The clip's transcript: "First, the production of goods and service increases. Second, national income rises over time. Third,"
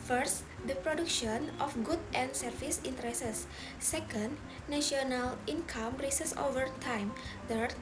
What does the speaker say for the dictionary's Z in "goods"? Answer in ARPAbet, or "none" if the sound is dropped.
none